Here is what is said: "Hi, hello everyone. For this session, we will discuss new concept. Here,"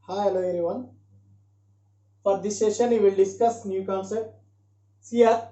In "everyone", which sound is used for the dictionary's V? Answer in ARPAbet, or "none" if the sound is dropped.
none